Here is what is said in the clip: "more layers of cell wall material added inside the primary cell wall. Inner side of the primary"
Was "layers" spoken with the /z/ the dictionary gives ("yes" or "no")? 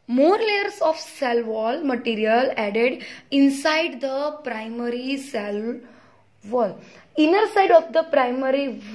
no